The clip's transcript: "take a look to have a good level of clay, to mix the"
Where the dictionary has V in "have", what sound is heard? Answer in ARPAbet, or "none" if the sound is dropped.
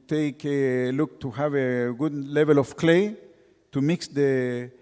V